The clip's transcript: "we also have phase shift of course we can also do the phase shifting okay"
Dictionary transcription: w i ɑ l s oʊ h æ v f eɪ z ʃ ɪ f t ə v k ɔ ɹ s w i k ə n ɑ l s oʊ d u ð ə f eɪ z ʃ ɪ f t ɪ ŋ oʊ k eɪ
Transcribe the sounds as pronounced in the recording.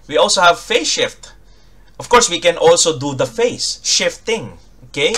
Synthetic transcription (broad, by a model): w i ɑ l s oʊ h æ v f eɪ ʃ ɪ f t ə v k ɔ ɹ s w i k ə n ɑ l s oʊ d u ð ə f eɪ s ʃ ɪ f t ɪ ŋ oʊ k eɪ